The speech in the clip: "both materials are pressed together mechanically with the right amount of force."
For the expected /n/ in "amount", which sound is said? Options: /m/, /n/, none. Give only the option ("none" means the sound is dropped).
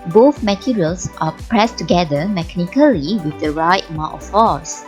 none